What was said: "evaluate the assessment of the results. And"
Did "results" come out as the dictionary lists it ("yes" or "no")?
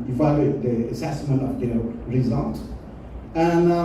no